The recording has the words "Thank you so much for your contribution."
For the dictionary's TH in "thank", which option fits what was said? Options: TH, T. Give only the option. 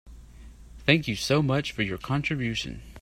TH